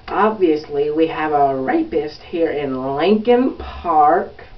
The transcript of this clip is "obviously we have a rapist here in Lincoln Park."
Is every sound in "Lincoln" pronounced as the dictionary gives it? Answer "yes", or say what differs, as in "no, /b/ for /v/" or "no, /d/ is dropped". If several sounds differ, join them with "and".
yes